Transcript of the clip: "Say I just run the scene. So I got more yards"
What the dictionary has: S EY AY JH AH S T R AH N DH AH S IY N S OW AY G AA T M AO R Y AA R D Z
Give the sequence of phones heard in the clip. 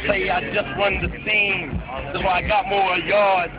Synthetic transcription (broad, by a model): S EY AY JH AH S T W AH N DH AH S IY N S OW AY G AA T M AO R Y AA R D